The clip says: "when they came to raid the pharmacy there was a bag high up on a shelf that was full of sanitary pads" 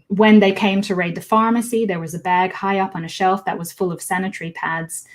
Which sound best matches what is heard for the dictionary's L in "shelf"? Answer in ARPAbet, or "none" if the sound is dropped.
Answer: L